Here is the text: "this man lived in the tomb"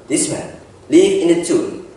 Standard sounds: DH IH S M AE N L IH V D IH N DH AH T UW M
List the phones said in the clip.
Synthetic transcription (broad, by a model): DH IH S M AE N L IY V IH N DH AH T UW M